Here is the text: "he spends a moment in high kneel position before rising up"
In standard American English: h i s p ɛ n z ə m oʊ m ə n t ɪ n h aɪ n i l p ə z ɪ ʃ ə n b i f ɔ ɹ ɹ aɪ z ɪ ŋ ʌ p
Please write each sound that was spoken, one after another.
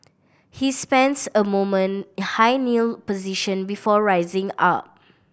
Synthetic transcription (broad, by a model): h i s p ɛ n s ə m oʊ m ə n n h aɪ n i l p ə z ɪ ʃ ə n b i f ɔ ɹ ɹ aɪ z ɪ ŋ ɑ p